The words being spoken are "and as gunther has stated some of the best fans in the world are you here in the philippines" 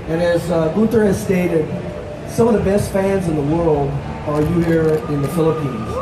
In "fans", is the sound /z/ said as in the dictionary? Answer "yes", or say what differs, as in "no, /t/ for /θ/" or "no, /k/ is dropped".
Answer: yes